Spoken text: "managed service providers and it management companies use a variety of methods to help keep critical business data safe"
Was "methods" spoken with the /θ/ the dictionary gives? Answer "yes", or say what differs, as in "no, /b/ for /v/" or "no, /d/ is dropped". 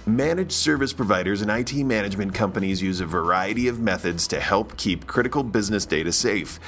yes